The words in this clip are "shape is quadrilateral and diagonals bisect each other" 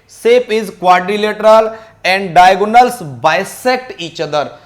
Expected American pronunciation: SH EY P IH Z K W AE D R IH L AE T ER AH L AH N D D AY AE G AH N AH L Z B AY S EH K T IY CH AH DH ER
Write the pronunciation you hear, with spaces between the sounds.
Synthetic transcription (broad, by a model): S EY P IH Z K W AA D R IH L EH T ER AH L AH N D D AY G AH N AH L S B AY S EH K T IY CH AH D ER